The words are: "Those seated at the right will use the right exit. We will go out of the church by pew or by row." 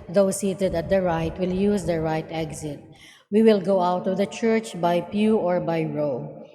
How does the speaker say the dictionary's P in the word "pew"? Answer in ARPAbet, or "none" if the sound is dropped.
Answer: P